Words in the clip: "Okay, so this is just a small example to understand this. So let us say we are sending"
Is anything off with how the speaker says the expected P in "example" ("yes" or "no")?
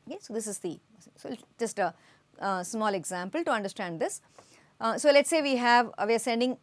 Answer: no